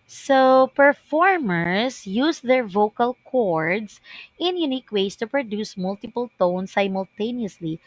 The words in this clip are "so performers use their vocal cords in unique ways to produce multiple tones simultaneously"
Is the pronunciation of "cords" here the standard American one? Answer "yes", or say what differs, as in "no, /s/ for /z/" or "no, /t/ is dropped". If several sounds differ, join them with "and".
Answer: no, /s/ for /z/